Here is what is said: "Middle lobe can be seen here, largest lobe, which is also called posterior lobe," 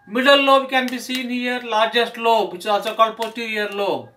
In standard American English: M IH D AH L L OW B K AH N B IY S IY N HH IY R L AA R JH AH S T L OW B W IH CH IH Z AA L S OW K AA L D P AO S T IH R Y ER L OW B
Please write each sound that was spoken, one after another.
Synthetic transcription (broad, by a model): M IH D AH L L OW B K AH N B IY S IY N HH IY R L AA R JH AH S T L OW B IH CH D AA S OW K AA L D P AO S T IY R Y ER L OW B